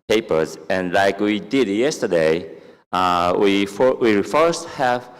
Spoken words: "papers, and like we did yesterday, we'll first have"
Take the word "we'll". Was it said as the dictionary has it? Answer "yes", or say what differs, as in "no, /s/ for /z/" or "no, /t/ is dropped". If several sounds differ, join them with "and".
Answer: no, /w/ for /l/